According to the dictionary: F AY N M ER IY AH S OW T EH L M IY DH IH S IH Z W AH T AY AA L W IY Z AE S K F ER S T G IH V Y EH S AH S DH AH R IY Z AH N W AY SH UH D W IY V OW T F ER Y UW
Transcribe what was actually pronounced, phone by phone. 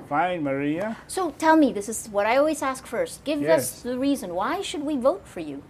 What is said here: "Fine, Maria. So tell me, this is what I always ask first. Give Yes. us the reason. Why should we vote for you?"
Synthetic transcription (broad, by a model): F AY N M ER IY AH S OW T EH L M IY DH IH S IH Z W AH T AY AA L W IY Z AE S K F ER S T G IH V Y AH S DH AH R IY Z AH N W AY SH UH D W IY V OW T F ER Y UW